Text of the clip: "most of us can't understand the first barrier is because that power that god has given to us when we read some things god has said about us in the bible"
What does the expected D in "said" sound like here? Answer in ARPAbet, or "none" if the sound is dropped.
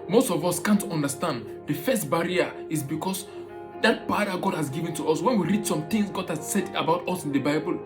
D